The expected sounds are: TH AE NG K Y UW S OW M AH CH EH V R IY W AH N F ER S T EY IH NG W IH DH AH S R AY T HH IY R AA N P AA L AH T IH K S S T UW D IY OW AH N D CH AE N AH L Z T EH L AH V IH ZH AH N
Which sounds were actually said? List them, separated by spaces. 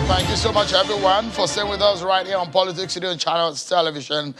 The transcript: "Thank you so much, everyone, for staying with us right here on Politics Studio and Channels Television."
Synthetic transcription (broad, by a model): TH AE NG K Y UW S OW M AH CH EH V R IY W AH N F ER S T EY IH NG W IH DH AH S R AY T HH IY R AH N P AA L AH T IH K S S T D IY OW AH N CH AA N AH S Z T EH L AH V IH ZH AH N